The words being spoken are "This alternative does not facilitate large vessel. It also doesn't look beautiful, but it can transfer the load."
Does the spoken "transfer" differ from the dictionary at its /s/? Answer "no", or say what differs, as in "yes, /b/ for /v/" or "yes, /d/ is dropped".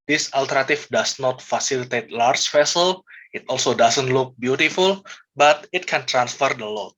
no